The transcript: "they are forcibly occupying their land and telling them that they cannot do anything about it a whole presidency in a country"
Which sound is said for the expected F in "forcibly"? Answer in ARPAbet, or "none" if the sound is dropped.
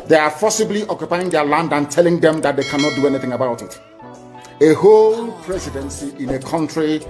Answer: P